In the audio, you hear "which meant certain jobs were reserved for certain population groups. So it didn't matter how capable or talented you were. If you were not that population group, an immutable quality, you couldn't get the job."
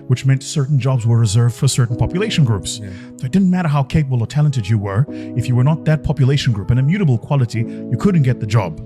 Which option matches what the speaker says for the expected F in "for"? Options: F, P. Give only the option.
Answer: F